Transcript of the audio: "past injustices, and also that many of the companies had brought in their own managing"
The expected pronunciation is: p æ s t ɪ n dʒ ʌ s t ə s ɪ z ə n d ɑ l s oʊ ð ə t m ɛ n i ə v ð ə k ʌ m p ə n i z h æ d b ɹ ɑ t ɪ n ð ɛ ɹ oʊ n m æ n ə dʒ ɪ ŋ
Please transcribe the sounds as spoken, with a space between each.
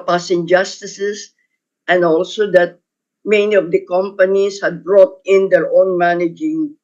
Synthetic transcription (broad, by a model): p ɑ s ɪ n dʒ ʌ s t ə s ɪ s ə n d ɑ l s oʊ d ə t m ɛ n i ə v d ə k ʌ m p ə n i s h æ d b ɹ ɑ t ɪ n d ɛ ɹ oʊ n m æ n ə dʒ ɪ ŋ